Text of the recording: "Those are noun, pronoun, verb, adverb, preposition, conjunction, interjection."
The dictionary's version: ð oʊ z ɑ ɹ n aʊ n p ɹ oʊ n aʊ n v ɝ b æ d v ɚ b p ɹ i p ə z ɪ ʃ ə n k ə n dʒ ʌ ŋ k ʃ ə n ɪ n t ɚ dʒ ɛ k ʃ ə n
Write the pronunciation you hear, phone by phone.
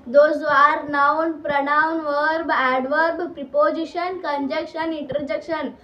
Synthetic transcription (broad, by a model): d oʊ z ɑ ɹ n aʊ n p ɹ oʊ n aʊ n v ɝ b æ d v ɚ b p ɹ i p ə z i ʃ ə n k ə n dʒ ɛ k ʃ ə n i n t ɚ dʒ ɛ k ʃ ə n